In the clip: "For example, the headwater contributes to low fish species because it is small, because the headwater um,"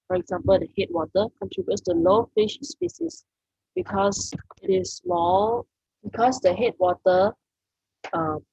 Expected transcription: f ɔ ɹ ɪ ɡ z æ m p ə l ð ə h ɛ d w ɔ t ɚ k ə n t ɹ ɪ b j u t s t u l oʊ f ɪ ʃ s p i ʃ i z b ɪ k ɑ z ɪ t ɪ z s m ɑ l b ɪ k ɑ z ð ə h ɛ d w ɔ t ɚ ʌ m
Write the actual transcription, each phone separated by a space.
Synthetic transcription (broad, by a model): f ɔ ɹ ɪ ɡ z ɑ m p ə l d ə h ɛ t w ɔ t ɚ k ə n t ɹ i b j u t s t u l oʊ f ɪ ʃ s p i s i s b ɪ k ɑ s ɪ t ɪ s m ɑ l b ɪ k ɑ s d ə h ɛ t w ɔ t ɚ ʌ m